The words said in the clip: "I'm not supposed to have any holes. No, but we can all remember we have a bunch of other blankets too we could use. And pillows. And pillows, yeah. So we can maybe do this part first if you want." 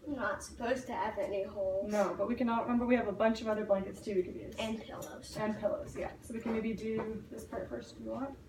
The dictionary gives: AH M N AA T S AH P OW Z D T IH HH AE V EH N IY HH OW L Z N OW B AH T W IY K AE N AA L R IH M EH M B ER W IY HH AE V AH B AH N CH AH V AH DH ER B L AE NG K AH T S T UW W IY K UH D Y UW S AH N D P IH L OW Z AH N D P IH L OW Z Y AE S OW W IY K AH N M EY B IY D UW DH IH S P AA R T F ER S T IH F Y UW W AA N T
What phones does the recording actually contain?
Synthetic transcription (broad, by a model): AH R N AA T S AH P OW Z T IH V EH N IY HH OW L N OW B AH T W IY K AE N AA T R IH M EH M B ER W IY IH V AH B AH N CH AH V AH DH ER B L AE NG K AH T S T UW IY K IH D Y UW AH N P IH L OW Z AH N P IH L OW Z Y AE S OW W IY K AH N M EY B IY D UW DH IH S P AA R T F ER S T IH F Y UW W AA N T